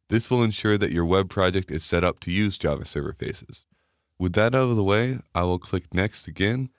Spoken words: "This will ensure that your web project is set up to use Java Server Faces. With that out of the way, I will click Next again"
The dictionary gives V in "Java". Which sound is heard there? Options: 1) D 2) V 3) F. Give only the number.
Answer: 2